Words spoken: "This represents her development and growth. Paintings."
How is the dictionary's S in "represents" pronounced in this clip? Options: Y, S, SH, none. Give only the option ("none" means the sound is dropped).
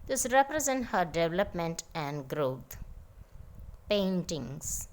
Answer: none